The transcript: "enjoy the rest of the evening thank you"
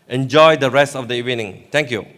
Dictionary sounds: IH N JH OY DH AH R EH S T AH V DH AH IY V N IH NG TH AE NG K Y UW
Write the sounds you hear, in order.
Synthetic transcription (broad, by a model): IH N JH OY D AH R EH S T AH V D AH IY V N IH NG T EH NG K Y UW